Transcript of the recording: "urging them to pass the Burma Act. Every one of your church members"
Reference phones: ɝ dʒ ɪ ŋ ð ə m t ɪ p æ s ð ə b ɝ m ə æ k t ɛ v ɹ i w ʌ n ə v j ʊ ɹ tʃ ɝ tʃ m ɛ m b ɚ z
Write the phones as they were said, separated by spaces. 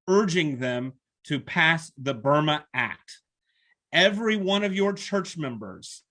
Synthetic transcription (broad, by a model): ɝ dʒ ɪ ŋ ð ə m t ɪ p æ s ð ə b ɝ m ə æ k t ɛ v ɹ i w ʌ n ə v j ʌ ɹ tʃ ɝ tʃ m ɛ m b ɚ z